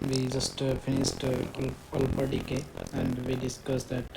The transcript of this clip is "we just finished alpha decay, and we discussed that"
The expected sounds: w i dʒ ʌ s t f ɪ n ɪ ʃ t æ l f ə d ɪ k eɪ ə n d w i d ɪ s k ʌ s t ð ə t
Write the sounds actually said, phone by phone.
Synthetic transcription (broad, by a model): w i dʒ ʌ s t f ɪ n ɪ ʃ t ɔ l p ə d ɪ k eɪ ə n d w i d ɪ s k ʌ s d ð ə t